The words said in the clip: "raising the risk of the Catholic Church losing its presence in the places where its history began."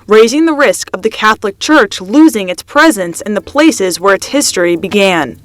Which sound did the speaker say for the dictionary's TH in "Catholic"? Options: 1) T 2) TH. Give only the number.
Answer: 2